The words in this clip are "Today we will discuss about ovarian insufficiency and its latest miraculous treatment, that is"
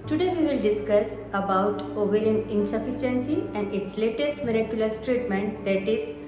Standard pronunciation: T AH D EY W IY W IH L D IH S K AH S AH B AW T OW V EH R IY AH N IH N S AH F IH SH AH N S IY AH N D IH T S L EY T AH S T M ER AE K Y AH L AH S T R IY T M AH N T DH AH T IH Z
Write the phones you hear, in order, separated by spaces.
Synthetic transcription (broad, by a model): T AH D EY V IY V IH L D IH S K AH S AH B AW T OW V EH L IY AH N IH N S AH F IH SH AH N S IY AH N D IH T S L EY T AH S T M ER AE K Y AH L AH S T R IY T M AH N T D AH T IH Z